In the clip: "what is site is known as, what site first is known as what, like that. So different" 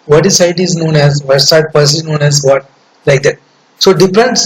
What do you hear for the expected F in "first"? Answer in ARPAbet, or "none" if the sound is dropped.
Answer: P